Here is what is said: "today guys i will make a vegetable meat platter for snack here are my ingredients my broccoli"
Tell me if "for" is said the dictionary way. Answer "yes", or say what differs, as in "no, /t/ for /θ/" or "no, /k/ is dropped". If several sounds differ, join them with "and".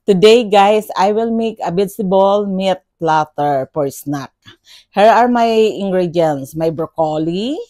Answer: no, /p/ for /f/